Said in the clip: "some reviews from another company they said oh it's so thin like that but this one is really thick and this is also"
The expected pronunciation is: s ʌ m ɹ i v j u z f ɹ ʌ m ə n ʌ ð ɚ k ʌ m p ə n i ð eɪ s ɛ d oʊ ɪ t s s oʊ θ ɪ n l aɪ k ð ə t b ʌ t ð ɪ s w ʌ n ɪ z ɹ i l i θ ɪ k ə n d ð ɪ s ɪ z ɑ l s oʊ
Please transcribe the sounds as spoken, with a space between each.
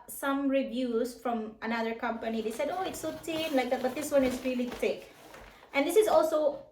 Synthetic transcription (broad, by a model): s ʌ m ɹ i v j u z f ɹ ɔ m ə n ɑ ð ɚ k ʌ m p ə n i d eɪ s ɛ d oʊ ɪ t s s oʊ t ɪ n l aɪ k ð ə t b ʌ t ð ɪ s w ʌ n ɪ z ɹ i l i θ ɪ k ə n d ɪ s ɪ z ɑ l s oʊ